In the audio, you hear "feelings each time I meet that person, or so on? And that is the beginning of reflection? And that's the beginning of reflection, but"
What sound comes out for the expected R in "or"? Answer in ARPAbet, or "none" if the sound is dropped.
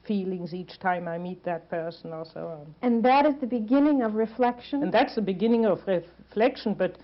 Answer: L